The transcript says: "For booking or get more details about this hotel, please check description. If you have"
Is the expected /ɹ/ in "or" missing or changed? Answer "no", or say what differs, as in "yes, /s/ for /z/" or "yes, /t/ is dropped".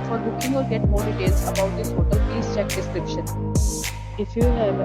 yes, /l/ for /ɹ/